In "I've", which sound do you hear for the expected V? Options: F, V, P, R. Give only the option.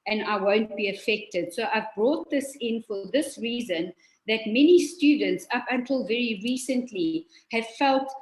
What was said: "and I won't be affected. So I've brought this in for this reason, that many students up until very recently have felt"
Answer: V